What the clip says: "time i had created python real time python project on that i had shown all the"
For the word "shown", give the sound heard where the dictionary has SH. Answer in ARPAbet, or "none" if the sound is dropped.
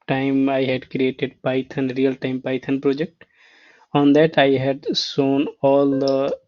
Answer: S